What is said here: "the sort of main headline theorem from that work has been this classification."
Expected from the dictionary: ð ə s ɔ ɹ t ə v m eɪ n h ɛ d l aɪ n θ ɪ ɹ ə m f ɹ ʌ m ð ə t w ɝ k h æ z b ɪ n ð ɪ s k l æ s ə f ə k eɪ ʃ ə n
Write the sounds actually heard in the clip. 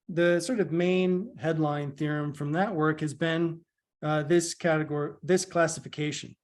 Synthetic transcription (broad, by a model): ð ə s ɔ ɹ t ə v m eɪ n h ɛ d l aɪ n θ ɪ ɹ ə m f ɹ ʌ m ð ə t w ɝ k h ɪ z b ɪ n ð ɪ s k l æ s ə f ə k eɪ ʃ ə n